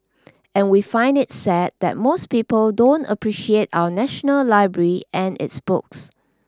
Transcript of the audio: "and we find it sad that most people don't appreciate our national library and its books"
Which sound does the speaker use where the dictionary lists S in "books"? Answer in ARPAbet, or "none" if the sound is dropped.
S